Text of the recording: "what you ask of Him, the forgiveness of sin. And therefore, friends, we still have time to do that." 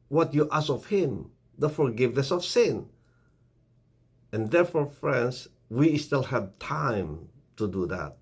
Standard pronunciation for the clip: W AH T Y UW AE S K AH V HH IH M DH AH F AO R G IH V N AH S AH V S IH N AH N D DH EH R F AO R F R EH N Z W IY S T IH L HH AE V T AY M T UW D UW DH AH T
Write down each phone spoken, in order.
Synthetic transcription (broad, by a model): W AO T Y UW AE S AH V HH IH M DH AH F AO R G IH V N AH S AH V S IH N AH N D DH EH R F AO R F R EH N S W IY S T IH L HH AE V T AY M T UW D UW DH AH T